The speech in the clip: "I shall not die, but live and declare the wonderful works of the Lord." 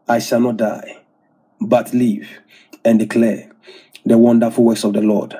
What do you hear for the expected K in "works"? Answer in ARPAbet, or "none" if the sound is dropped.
none